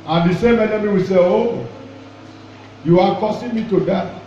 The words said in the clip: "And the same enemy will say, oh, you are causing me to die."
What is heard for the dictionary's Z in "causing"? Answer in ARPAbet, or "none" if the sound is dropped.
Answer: S